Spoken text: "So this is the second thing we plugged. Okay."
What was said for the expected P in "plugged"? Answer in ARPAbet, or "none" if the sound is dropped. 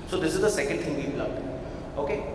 B